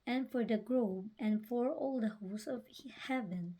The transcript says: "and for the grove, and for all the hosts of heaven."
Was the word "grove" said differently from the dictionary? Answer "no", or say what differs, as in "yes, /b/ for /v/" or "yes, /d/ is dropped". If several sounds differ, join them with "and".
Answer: yes, /b/ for /v/